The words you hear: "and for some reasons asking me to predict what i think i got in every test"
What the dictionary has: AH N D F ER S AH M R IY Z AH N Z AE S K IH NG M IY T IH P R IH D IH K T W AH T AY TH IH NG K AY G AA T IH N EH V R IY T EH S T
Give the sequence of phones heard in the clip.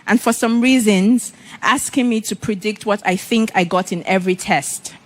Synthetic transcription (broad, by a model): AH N F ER S AH M R IY Z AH N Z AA S K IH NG M IY T IH P R IH D IH K T W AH T AY TH IH NG K AY G AA T IH N EH V R IY T EH S T